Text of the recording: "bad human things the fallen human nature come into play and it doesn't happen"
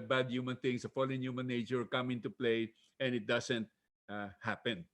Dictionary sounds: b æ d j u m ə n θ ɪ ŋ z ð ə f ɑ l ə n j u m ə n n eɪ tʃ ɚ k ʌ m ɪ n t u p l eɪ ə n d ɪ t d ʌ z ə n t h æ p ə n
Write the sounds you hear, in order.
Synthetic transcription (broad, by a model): b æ d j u m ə n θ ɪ ŋ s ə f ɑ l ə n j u m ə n n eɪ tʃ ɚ k ʌ m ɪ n t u p l eɪ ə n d ɪ t d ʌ s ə n t h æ p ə n